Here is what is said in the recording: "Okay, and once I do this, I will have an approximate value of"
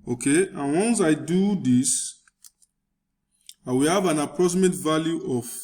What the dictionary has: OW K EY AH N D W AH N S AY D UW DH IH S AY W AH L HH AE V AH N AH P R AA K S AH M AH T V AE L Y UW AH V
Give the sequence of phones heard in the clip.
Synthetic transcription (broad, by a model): OW K EY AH N W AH N S AY D UW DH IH S AY W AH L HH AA V AH N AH P R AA S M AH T V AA L Y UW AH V